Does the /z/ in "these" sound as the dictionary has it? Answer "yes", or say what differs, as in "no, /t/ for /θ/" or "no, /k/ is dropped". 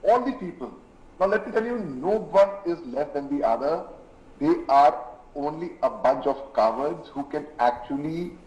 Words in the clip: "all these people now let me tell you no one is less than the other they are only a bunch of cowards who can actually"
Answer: no, /z/ is dropped